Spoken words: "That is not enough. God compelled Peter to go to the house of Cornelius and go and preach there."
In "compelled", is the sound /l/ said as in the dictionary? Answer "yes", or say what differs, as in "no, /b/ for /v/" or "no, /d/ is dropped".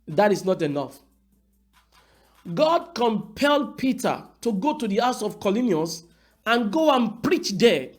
yes